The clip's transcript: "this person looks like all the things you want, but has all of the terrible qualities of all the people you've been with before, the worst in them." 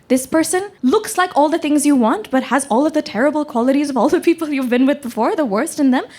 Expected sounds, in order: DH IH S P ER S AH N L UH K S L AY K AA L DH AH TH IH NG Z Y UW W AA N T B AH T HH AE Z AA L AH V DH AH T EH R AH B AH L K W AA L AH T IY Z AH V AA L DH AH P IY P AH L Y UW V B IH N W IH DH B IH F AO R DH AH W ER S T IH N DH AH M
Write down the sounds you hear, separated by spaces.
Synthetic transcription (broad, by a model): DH IH S P ER S AH N L UH K S L AY K AA L DH AH TH IH NG Z Y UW W AA N T B AH T HH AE Z AA L AH V DH AH T EH R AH B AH L K W AA L AH T IY Z AH V AA L DH AH P IY P L Y UW V B IH N W IH DH B IH F AO R DH AH W ER S T IH N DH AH M